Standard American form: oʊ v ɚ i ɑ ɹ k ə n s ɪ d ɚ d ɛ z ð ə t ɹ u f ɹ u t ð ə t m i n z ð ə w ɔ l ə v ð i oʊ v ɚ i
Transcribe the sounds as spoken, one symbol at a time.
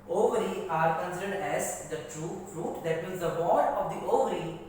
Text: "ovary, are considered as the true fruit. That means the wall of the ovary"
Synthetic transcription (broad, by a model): oʊ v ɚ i ɑ ɹ k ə n s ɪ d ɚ d ɛ z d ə t ɹ u f ɹ u t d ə t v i l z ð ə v ɔ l ə v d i oʊ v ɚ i